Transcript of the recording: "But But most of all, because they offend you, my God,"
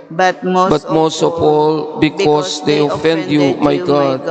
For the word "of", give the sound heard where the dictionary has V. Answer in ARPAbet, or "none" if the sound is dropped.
P